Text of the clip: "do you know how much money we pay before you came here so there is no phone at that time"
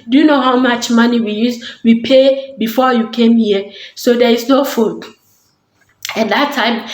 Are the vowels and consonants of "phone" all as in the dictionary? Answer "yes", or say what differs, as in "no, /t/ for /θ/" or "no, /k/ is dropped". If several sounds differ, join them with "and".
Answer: no, /n/ is dropped